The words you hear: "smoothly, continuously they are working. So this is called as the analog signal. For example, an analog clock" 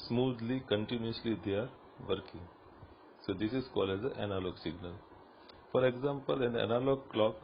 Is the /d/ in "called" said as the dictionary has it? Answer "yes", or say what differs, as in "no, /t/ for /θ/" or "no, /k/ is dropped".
no, /d/ is dropped